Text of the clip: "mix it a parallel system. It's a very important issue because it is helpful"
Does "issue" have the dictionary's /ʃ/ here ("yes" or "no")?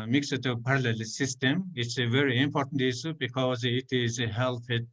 no